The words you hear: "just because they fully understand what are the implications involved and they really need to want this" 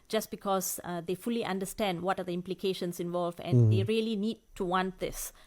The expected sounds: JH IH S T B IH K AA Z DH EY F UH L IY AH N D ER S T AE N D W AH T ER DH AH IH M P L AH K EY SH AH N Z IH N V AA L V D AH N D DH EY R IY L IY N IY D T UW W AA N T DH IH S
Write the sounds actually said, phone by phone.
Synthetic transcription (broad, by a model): JH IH S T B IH K AA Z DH EY F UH L IY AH N D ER S T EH N D W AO T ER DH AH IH M P L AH K EY SH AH N S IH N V AA L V AH N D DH EY R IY L IY N IY D T UW W AA N T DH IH S